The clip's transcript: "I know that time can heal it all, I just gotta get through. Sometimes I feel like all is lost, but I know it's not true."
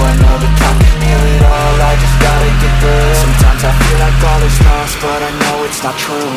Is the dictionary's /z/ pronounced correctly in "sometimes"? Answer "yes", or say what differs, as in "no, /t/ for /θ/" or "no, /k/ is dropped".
yes